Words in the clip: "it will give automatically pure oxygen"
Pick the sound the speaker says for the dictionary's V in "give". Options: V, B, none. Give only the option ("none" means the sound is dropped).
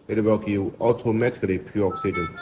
none